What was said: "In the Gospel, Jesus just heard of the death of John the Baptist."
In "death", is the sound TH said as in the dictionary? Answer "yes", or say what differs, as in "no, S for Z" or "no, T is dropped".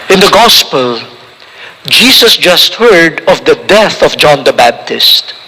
yes